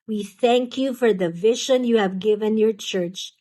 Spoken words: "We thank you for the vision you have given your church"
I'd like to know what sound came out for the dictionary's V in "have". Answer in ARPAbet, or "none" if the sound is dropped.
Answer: V